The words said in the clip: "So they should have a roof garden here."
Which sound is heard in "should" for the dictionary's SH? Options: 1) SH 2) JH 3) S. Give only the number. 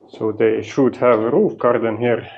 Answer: 1